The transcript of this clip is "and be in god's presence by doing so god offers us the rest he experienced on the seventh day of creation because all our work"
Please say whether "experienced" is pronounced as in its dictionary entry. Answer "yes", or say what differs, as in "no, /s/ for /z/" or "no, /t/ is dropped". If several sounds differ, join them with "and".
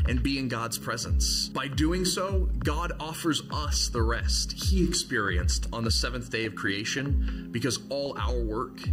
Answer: yes